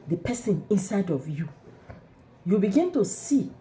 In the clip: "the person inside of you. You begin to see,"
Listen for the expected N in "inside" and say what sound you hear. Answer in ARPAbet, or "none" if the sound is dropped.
N